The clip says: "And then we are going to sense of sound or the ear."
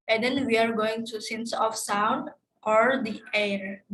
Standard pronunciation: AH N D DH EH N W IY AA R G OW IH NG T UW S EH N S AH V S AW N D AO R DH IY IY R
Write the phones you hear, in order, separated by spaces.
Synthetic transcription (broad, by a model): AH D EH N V IY AA R G OW IH NG T UW S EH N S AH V S AW N D AO R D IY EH R